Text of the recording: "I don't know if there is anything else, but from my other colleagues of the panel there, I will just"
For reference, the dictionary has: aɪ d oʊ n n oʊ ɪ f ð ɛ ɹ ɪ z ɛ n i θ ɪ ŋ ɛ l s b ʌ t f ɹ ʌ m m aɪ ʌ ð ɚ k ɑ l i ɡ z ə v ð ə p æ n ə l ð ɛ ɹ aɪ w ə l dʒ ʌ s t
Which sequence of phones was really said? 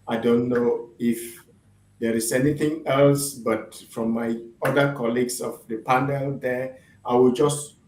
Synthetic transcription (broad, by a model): aɪ d oʊ n n oʊ ɪ f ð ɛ ɹ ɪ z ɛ n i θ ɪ ŋ ɛ l s b ʌ t f ɹ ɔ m m aɪ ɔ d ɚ k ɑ l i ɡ s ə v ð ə p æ n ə l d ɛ aɪ w ə l dʒ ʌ s t